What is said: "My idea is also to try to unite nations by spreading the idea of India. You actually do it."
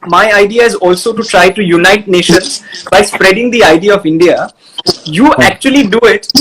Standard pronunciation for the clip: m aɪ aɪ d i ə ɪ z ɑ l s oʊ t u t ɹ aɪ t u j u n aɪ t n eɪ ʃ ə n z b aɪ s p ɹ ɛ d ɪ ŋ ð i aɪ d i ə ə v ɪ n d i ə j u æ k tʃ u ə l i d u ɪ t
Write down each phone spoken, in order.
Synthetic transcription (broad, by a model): m aɪ aɪ d i ə ɪ z ɑ l s oʊ t u t ɹ aɪ t u j u n aɪ t n eɪ ʃ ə n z b aɪ s p ɹ ɛ d ɪ ŋ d i aɪ d i ə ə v ɪ n d i ə j u æ k tʃ u ə l i d u ɪ t